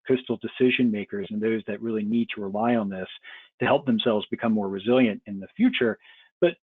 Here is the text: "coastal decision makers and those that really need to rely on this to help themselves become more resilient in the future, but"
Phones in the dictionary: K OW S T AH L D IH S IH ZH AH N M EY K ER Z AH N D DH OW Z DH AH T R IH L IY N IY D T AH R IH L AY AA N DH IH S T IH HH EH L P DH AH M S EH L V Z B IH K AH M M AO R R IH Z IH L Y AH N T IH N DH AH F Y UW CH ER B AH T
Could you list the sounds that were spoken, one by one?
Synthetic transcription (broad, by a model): K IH S T L D IH S IH ZH AH N M EY K ER Z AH N DH OW Z DH AH T R IH L IY N IY D T AH R IH L AY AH N DH IH S T IH HH EH L P DH AH M S EH L V Z B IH K AH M M AO R R IH Z IH L Y AH N T IH N DH AH F Y UW CH ER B AH T